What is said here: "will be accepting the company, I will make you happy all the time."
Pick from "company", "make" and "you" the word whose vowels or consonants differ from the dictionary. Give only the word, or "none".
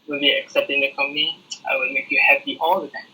company